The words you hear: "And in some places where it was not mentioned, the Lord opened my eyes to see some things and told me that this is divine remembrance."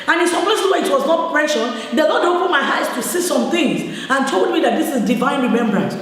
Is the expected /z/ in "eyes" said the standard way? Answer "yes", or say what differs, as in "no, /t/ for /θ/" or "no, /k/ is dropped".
no, /s/ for /z/